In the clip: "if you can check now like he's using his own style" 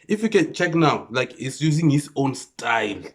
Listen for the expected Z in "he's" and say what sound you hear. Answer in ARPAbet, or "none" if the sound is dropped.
S